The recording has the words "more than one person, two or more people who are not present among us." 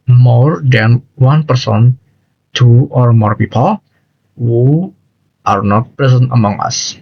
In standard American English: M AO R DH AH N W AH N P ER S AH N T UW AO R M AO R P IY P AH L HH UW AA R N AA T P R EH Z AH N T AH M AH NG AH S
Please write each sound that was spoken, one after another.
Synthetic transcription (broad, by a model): M AO R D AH N W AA N P ER S AH N T UW AO R M AO R P IY P AH L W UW AA R N AA T P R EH S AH N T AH M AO NG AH S